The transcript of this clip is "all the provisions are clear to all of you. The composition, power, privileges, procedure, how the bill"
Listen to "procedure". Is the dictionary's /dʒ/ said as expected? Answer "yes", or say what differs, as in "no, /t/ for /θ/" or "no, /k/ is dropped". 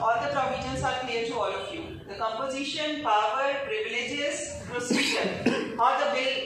no, /ʃ/ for /dʒ/